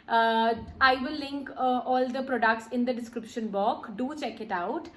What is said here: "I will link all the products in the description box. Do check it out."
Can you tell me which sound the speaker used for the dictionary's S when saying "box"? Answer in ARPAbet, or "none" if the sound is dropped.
none